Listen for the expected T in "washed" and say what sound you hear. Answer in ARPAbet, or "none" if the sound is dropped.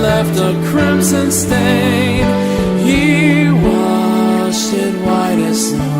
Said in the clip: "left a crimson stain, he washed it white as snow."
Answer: none